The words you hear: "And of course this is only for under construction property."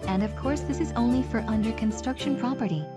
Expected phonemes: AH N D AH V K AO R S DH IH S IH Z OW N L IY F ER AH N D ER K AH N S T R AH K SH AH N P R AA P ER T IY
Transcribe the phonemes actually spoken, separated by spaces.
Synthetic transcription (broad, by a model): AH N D AH V K AO R S DH IH S IH Z OW N L IY F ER AH N D ER K AH N S T R AH K SH AH N P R AA P ER T IY